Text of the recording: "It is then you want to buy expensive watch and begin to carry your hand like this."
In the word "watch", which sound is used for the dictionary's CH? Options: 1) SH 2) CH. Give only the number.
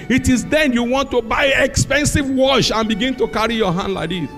1